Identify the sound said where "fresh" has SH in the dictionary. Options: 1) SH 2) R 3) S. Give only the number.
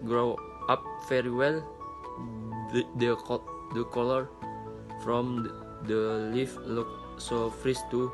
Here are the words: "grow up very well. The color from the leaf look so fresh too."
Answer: 3